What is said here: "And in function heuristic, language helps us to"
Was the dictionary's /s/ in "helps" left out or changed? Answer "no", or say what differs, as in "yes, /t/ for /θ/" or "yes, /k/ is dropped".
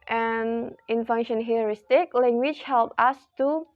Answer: yes, /s/ is dropped